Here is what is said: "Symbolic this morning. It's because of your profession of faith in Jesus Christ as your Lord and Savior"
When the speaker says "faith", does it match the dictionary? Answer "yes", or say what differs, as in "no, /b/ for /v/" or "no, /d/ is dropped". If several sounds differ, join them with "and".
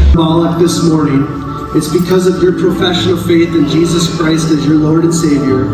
yes